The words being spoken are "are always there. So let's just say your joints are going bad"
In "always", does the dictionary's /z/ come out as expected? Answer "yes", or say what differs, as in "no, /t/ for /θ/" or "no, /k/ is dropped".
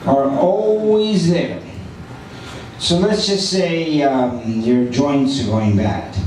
yes